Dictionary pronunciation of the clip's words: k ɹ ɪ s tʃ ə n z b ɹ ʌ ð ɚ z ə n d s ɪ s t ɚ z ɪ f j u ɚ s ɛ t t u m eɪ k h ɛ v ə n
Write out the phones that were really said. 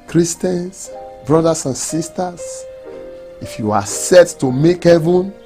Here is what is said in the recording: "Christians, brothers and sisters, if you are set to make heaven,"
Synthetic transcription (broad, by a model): k ɹ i s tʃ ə n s b ɹ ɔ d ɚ s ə n s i s t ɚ s ɪ f j u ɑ s ɛ t t u m eɪ k h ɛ v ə n